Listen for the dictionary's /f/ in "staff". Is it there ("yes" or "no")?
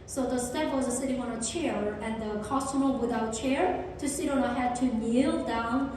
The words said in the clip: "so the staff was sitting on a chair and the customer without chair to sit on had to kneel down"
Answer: no